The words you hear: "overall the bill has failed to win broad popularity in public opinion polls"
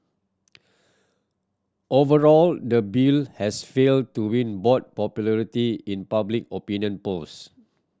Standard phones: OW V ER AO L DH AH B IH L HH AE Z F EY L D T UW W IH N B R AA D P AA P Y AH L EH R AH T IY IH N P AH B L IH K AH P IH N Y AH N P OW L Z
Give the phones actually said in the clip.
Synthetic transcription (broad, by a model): OW V ER AO L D AH B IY L HH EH S F EY L D T UW W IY N B AA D P AA P Y AH L EH R AH T IY IH N P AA B L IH K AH P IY N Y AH N P OW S